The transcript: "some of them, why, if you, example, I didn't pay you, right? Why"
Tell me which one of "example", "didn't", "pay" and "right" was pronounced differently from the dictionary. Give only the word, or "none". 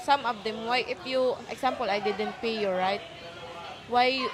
example